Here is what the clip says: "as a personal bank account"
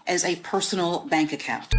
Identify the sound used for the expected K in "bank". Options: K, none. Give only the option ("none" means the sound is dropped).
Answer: K